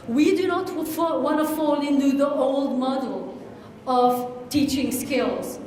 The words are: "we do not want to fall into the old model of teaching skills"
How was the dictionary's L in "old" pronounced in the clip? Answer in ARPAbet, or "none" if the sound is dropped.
L